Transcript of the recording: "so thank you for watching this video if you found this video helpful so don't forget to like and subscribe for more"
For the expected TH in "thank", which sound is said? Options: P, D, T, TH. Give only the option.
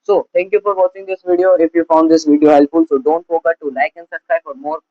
T